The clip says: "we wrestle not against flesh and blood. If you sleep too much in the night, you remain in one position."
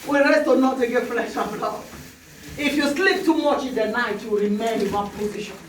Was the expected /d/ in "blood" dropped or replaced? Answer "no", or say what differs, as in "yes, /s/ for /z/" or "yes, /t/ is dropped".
yes, /d/ is dropped